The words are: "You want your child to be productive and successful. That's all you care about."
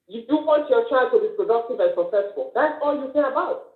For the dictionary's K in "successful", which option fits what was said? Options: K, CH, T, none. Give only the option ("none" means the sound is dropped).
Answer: none